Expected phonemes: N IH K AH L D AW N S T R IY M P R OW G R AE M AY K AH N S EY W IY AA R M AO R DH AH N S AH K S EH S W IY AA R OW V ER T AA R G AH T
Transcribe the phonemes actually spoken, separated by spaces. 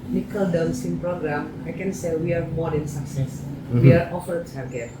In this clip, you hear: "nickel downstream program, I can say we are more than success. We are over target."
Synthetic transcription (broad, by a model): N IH K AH L D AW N S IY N P R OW G R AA M AY K AH N S EY W IY AA R M AO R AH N S AH K S EH S W IY AA R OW F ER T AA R G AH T